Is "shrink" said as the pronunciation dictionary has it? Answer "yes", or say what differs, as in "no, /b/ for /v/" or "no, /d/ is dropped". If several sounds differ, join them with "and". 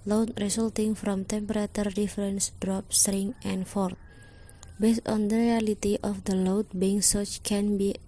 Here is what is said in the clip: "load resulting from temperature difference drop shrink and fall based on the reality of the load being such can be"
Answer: no, /k/ is dropped